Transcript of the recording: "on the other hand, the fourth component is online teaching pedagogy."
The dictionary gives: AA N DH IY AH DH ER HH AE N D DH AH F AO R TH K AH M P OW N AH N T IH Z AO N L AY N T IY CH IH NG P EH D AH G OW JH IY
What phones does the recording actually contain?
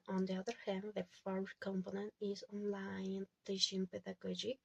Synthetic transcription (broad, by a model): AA N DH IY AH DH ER HH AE N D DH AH F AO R K AH M P OW N AH N T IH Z AO N L AY N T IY SH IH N P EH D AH G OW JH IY